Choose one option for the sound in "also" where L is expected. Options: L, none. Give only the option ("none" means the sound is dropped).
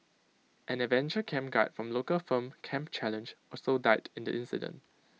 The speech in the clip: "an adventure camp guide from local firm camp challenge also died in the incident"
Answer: none